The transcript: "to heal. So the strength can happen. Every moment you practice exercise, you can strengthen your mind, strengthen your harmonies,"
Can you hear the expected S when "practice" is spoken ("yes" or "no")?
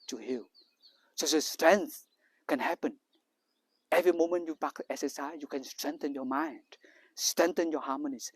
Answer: no